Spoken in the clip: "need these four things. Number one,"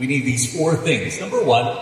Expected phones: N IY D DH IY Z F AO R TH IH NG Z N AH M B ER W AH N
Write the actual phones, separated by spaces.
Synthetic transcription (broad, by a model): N IY D DH IY Z F AO R TH IH NG Z N AH M B ER W AH N